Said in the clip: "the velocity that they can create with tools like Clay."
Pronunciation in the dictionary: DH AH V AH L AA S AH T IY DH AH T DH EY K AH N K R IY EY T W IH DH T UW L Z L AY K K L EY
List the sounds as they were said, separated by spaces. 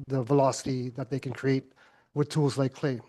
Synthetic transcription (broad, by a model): DH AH V AH L AA S AH T IY DH AH T DH EY K AH N K R IY EY T W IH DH T UW L Z L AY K K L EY